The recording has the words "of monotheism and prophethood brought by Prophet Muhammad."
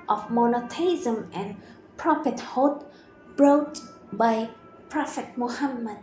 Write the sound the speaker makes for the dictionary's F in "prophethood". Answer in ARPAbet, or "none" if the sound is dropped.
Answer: P